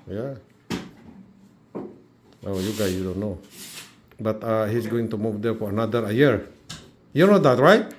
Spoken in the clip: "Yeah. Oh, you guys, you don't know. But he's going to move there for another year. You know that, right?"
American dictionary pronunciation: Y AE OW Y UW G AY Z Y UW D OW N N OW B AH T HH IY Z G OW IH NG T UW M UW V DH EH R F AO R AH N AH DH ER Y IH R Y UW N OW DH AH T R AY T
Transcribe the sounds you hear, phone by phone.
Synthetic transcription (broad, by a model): Y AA OW Y UW G AY S Y UW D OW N N OW B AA T HH IY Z G OW IH NG T UW M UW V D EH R F AO R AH N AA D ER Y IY R Y UW N OW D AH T R AY T